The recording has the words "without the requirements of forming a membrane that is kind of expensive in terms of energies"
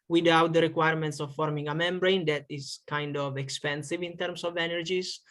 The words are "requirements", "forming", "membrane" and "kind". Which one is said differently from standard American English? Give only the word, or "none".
none